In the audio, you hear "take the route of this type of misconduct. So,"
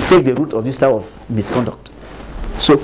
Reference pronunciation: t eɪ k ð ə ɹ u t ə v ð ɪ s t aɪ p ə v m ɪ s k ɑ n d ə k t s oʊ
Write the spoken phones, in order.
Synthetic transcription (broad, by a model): t eɪ k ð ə ɹ u t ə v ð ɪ s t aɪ ə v m ɪ s k ɑ n d ə k t s oʊ